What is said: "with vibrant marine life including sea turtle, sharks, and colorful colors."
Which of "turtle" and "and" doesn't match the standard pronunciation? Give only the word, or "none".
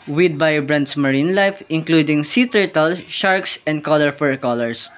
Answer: none